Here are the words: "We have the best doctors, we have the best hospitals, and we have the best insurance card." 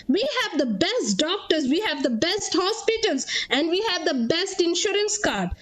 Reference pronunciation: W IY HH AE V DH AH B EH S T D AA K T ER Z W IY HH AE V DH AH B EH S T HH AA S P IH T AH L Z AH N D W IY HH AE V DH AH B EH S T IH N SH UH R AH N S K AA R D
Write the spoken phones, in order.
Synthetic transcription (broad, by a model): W IY HH AE V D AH B EH S T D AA K T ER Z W IY HH AE V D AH B EH S T HH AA S P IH T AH L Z AH N D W IY HH AE V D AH B EH S T IH N SH UH R AH N S K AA R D